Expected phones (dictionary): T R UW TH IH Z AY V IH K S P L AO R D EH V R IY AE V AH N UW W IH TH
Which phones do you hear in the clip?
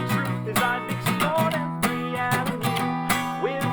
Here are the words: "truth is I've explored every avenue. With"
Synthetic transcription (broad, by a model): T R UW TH IH Z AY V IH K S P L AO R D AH R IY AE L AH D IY W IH